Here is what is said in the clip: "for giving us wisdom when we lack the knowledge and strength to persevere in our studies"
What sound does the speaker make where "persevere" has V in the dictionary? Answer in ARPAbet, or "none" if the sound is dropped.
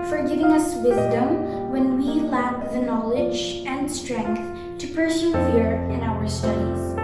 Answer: F